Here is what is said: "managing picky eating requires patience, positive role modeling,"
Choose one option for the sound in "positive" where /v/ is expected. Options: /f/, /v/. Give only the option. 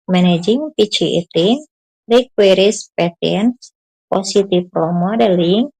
/f/